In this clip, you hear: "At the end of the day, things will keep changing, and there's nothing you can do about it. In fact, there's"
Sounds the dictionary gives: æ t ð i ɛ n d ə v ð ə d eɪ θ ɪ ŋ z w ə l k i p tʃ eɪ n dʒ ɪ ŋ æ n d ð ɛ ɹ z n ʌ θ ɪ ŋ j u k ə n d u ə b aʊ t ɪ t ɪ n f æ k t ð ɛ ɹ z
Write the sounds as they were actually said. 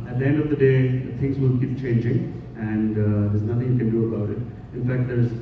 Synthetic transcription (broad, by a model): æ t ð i ɛ n d ə v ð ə d eɪ t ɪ ŋ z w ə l k i p tʃ eɪ n dʒ ɪ ŋ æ n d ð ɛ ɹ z n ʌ t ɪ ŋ j u k ə n d u ə b aʊ t ɪ t ɪ n f æ k t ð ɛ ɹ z